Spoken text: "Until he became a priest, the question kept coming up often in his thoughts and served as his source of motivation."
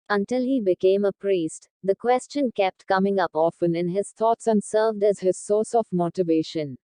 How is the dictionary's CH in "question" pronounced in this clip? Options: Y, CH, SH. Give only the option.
CH